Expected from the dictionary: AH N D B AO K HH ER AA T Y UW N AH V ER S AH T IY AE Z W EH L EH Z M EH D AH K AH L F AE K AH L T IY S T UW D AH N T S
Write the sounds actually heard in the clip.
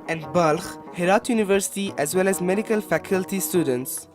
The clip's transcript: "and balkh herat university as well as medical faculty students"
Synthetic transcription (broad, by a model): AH N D B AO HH HH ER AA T Y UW N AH V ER S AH T IY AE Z W EH L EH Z M EH D AH K AH L F AE K AH L T IY S T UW D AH N T S